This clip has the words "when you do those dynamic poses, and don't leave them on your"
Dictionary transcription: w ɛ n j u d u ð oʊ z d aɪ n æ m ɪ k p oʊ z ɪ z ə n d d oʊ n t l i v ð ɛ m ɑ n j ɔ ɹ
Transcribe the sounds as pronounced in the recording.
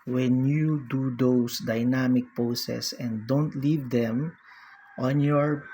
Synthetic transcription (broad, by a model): w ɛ n j u d u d oʊ s d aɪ n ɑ m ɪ k p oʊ s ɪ s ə n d d oʊ n t l i v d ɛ m ɑ n j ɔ ɹ